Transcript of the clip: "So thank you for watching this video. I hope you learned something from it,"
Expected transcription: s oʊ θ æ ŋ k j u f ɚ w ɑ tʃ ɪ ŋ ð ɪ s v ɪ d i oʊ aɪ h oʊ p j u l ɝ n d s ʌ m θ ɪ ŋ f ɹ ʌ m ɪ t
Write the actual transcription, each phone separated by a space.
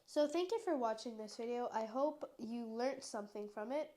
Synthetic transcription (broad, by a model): s oʊ θ æ ŋ k j u f ɚ w ɑ tʃ ɪ ŋ ð ɪ s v ɪ d i oʊ aɪ h oʊ p j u l ɝ n s ʌ m θ ɪ ŋ f ɹ ʌ m ɪ t